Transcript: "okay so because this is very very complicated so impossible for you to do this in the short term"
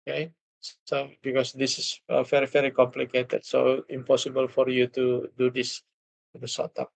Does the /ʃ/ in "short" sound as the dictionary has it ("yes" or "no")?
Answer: no